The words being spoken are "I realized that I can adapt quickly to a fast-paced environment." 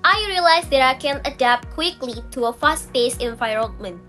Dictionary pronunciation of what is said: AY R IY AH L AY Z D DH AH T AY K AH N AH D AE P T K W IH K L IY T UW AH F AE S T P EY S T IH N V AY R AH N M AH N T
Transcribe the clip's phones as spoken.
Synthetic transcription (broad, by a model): AY R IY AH L AY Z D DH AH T AY K AH N AH D AE P T K W IH K L IY T UW AH F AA S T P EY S IH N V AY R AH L M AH N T